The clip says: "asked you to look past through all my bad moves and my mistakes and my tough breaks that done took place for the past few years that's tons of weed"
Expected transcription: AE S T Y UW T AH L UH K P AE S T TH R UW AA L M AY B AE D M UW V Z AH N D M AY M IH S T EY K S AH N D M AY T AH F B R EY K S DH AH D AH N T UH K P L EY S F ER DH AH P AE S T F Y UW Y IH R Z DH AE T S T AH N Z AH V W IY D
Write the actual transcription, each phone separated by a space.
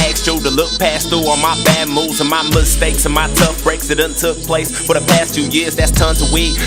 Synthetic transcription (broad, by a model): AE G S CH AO T AH L UH K P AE S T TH UW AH M AY B AE D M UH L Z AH N M AY M IH S T EY K S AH N M AY T AH F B R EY K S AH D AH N T UH K P L EY S F ER DH AH P AE S T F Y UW Y IH R Z DH AE T S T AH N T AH W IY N